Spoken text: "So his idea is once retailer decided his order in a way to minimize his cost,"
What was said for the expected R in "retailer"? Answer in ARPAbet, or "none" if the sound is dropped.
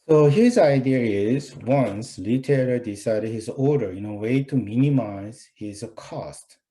L